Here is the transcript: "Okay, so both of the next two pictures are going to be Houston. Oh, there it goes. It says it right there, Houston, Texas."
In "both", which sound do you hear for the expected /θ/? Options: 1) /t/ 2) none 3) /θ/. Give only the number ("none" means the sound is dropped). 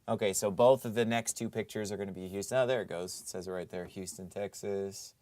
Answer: 3